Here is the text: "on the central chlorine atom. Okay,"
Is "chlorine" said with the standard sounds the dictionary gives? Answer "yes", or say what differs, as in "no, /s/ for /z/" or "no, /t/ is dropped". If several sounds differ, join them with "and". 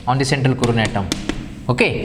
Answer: no, /l/ is dropped